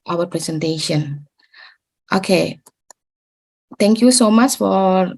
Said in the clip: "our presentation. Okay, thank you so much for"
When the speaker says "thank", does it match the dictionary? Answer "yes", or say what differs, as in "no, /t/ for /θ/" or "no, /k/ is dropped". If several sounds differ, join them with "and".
no, /t/ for /θ/